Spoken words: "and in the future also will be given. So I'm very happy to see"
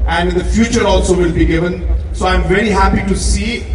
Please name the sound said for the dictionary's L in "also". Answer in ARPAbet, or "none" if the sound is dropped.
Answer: L